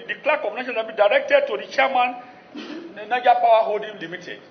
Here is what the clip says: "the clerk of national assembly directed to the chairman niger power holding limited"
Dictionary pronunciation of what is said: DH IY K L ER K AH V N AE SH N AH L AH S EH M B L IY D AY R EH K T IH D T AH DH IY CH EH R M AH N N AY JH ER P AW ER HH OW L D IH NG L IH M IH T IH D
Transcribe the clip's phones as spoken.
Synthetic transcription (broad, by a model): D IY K L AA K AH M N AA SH AH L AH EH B IY D AY R EH K T IH D T AH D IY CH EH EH M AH N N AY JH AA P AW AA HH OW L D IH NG L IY M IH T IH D